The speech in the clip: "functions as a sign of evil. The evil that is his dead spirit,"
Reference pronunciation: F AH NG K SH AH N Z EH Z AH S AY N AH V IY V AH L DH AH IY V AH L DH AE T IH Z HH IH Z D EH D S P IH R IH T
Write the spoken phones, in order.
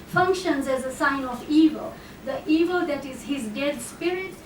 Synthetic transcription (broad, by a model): F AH NG K SH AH N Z EH Z AH S AY N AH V IY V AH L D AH IY V AH L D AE T IH Z HH IH Z D EH D S P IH R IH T